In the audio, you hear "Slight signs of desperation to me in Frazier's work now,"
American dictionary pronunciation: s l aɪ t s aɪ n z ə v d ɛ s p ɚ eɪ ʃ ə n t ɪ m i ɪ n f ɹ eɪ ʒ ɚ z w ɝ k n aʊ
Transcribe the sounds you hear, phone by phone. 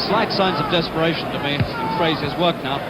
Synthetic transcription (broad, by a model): s l aɪ t s aɪ n z ə v d ɛ s p ɚ eɪ ʃ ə n t ɪ m i ɪ n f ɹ eɪ z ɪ z w ɝ k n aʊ